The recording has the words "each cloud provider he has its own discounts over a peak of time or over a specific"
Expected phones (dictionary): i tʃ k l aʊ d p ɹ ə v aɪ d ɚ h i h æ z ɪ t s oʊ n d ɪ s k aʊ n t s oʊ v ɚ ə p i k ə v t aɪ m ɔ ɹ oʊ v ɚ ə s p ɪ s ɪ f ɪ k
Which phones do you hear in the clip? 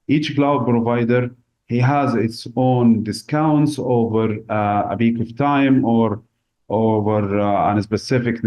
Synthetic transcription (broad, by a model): i tʃ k l aʊ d p ɹ ə v aɪ d ɚ h i h æ z ɪ t s oʊ n d ɪ s k aʊ n t s oʊ v ɚ ə b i k ə v t aɪ m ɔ ɹ oʊ v ɚ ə s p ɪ s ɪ f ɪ k